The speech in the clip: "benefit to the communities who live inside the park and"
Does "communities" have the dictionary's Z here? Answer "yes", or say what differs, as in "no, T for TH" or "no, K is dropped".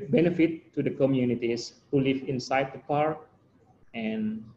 no, S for Z